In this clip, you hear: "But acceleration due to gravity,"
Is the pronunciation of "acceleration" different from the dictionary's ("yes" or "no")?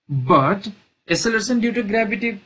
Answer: yes